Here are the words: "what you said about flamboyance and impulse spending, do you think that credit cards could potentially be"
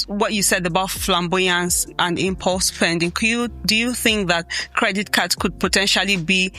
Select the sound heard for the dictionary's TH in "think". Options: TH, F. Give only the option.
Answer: TH